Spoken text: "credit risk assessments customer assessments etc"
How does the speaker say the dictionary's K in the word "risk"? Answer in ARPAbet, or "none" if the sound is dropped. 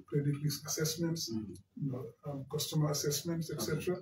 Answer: none